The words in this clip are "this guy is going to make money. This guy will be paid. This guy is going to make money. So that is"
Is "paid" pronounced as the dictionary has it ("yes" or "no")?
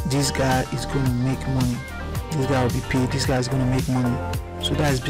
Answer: yes